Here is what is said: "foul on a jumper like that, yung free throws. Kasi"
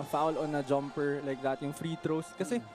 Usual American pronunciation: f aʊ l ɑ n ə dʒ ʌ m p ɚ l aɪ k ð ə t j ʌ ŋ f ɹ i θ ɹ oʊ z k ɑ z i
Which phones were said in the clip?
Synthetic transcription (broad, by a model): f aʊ l ɑ n ə dʒ ʌ m p ɚ l aɪ k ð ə t j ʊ ŋ f ɹ i t ɹ oʊ s k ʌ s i